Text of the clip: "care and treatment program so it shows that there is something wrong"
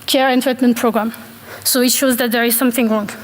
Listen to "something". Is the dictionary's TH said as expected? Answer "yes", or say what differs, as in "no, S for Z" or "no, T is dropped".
yes